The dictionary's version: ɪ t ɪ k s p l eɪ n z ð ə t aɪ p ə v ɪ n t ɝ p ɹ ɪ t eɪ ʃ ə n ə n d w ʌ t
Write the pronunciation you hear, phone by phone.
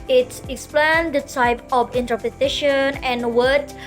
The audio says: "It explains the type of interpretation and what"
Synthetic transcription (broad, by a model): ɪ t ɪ k s p l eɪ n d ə t aɪ p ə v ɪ n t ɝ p ɪ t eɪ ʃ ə n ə n w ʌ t